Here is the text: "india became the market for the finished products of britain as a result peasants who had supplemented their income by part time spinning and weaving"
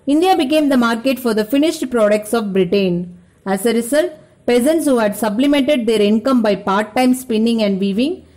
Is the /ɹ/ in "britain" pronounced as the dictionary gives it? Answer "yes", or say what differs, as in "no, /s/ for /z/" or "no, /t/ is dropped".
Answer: yes